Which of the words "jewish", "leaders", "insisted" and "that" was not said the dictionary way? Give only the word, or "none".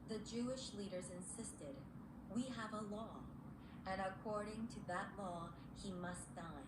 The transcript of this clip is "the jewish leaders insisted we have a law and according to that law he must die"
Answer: none